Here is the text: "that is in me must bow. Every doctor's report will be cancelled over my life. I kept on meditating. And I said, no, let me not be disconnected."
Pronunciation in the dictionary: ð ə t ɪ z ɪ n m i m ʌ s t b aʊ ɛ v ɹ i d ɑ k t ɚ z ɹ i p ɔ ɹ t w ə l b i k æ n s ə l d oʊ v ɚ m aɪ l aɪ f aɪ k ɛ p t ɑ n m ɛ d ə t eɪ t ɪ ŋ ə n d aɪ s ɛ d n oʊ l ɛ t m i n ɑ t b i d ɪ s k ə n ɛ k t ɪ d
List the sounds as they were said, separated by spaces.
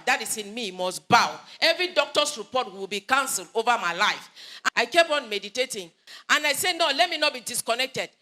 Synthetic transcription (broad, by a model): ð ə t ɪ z ɪ n m i m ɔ s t b aʊ ɛ v ɹ i d ɑ k t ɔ s ɹ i p ɔ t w w ə l b i k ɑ n s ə l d oʊ v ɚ m aɪ l aɪ f aɪ k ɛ p ɑ n m ɛ d ə t eɪ t ɪ ŋ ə n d aɪ s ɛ n oʊ l ɛ t m i n ɑ t b i d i s k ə n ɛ k t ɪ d